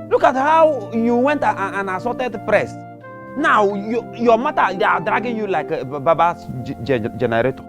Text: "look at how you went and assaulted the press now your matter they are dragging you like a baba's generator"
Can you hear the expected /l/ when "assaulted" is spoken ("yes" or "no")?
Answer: no